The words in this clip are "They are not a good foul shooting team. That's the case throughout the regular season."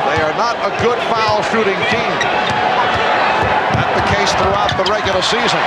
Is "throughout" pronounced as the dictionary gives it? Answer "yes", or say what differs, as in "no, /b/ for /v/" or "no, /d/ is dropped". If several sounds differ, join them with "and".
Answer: yes